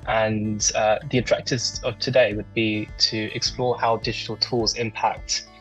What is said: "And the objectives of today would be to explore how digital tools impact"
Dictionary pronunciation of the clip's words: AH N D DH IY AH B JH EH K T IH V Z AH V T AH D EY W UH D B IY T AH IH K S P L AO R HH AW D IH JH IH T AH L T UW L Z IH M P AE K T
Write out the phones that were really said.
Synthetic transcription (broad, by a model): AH N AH DH IY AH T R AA K T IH Z AH V T AH D EY W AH D B IY T AH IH K S P L AO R HH AW D IH JH IH T AH L T UW L Z IH M P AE K T